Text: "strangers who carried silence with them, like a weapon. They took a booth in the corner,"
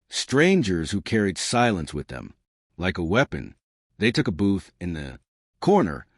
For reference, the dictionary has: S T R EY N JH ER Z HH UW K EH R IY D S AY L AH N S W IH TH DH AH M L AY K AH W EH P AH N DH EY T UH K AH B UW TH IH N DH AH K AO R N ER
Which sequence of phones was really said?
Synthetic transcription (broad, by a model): S T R EY N JH ER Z HH UW K EH R IY D S AY L AH N S W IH DH AH M L AY K AH W EH P AH N DH EY T UH K AH B UW TH IH N DH AH K AO R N ER